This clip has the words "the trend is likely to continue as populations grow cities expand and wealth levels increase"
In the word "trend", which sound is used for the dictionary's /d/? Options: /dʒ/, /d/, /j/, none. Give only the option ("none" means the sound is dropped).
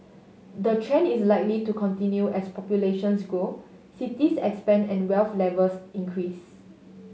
none